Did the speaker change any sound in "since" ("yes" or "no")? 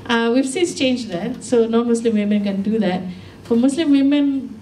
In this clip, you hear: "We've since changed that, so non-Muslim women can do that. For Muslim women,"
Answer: yes